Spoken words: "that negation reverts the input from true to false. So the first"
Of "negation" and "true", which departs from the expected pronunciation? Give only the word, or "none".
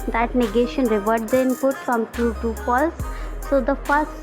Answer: true